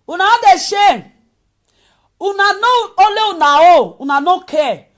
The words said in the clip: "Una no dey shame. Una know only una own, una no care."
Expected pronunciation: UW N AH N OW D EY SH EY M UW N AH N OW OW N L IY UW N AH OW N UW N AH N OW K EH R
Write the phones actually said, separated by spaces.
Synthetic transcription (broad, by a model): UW N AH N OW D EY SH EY UW N AH N OW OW L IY UW N AH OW UW N AH N OW K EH